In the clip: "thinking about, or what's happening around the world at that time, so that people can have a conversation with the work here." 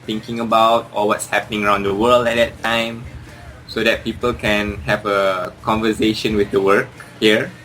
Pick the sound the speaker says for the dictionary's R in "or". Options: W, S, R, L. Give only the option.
L